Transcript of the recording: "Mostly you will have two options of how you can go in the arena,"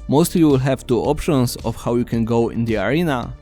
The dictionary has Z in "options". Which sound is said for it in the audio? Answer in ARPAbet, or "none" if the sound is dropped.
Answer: S